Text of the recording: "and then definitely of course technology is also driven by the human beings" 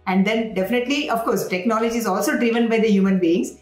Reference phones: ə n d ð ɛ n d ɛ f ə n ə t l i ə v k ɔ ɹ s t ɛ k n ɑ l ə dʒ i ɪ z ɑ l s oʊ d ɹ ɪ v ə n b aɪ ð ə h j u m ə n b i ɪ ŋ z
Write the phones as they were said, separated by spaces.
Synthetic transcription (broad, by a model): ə n d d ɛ n d ɛ f ə n ə t l i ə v k ɔ ɹ s t ɛ k n ɑ l ə dʒ i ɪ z ɑ l s oʊ d ɹ ɪ v ə n b aɪ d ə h j u m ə n b i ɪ ŋ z